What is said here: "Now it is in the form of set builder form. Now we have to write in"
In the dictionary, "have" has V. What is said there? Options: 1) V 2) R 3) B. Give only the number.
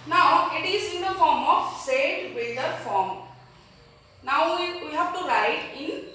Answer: 3